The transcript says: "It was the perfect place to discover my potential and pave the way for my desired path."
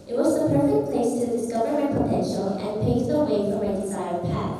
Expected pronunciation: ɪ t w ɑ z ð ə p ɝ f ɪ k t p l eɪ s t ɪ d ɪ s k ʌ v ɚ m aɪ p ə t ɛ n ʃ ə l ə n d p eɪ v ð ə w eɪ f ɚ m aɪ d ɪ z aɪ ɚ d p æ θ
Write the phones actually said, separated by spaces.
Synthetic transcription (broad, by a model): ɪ t w ɑ z ð ə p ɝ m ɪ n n p l eɪ s t ɪ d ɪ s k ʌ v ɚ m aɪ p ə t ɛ n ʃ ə l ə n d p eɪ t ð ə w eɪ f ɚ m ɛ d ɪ s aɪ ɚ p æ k